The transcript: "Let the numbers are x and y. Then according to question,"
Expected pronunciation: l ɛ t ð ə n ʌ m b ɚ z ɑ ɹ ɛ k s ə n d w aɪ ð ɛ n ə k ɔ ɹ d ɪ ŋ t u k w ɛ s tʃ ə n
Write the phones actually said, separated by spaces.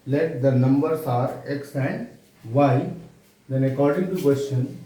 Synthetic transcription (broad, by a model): l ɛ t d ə n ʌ m b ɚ s ɑ ɹ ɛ k s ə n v aɪ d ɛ n ə k ɔ ɹ d ɪ ŋ t u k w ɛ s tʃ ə n